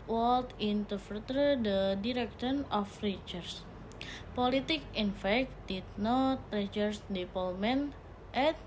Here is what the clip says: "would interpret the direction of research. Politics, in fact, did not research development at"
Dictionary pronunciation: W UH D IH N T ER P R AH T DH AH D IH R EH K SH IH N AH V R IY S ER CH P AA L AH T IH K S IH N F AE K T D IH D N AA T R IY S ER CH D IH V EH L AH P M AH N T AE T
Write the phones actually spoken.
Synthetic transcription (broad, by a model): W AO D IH N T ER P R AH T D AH D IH R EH K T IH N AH F R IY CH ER S P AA L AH T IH K IH N F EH K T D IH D N AA T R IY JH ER S D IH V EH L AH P M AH N T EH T